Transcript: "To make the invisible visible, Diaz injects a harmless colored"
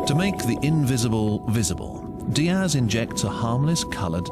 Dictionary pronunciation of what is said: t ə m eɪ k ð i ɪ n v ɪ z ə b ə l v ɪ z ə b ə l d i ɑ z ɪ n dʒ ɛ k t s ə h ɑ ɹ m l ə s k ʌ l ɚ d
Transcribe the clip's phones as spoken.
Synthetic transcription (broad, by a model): t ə m eɪ k ð i ɪ n v ɪ z ə b ə l v ɪ z ə b ə l d i ɑ z ɪ n dʒ ɛ k t s ə h ɑ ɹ m l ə s k ʌ l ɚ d